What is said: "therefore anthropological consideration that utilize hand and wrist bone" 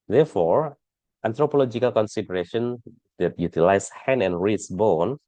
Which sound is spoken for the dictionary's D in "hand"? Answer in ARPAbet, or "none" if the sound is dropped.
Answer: none